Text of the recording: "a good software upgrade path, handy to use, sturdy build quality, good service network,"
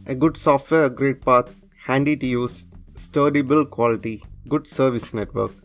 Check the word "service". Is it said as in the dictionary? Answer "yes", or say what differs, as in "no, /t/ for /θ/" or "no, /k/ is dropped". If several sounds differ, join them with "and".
yes